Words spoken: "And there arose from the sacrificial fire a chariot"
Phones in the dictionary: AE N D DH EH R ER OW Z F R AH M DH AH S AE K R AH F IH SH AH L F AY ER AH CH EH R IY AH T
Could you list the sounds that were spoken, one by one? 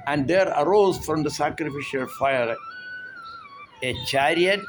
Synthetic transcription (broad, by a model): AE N D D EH R ER OW Z F R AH M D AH S AE K R AH F IH SH AH L F AY ER AH CH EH R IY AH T